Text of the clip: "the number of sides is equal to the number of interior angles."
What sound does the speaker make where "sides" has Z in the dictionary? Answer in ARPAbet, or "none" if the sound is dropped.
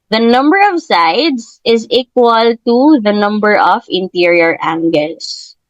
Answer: S